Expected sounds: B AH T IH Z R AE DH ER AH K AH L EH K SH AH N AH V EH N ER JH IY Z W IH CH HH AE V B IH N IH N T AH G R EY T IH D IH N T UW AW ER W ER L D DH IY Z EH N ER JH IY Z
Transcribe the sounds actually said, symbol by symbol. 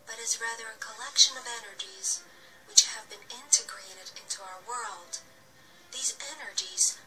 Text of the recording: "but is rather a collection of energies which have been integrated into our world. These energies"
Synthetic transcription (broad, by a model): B AH T IH Z R AE DH ER AH K AH L EH K SH AH N AH V EH N ER JH IY Z W IH CH HH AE V B IH N IH N T AH G R EY T IH D IH N T UW AW ER W ER L D DH IY Z EH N ER JH IY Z